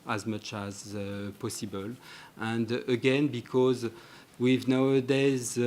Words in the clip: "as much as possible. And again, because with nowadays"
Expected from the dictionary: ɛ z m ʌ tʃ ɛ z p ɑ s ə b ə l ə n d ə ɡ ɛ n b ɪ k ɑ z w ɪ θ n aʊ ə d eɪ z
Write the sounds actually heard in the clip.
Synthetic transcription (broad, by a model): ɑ z m ʌ tʃ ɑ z p ɑ s ə b ə l ə n d ə ɡ ɛ n b ɪ k ɑ z w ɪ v n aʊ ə d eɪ z